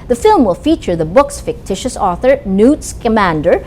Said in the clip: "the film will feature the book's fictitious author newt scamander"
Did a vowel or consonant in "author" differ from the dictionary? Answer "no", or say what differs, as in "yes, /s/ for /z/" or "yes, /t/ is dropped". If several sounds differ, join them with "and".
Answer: no